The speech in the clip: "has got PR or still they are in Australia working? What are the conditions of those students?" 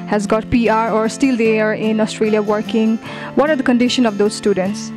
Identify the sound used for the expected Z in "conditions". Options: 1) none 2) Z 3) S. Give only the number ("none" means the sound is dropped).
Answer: 1